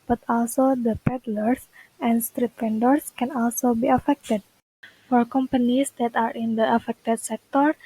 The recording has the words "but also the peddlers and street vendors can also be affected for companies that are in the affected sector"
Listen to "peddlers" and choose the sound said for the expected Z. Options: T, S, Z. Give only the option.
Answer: S